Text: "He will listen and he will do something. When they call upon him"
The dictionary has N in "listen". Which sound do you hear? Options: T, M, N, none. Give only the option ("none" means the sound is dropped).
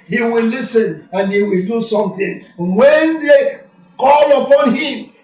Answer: N